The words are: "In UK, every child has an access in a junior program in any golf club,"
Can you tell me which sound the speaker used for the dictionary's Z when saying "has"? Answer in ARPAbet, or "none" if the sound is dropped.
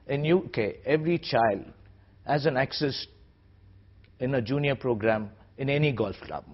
Z